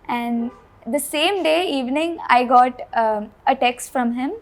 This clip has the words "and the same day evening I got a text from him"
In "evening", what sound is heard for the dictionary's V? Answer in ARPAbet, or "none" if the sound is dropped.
V